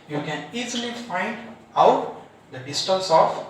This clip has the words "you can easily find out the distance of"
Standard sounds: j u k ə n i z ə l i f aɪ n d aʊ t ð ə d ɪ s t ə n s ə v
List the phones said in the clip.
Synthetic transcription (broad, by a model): j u k ə n i z ə l i f aɪ n d aʊ t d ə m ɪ s t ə l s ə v